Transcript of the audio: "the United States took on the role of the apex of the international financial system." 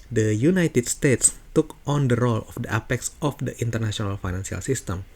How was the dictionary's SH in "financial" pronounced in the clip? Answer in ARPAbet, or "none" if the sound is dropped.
S